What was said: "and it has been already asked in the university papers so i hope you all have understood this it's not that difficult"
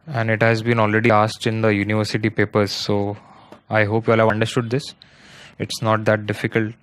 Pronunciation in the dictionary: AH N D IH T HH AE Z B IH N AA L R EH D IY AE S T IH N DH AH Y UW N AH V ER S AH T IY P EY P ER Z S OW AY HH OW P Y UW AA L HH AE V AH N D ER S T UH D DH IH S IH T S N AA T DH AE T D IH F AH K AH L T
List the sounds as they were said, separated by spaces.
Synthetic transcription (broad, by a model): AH N D IH T HH AE Z B IH N AA L R EH D IY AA S T IH N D AH Y UW N AH V ER S AH T IY P EY P ER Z S OW AY HH OW P Y UW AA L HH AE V AH N D ER S T UH D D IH S IH T S N AA T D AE T D IH F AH K AH L T